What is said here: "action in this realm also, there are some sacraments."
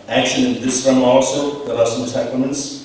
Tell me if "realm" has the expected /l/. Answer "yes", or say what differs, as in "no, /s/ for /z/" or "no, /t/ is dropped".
no, /l/ is dropped